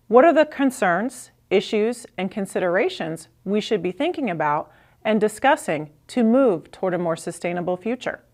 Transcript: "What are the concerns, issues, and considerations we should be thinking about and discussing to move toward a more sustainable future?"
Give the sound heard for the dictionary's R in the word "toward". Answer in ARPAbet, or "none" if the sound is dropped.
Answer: R